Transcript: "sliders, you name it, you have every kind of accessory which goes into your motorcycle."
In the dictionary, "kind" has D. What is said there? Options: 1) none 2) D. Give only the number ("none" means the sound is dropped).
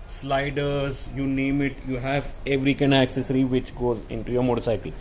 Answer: 1